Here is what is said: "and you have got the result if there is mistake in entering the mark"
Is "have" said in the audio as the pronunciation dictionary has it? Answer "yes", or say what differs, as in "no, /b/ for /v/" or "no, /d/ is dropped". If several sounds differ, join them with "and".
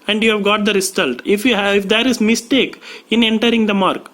yes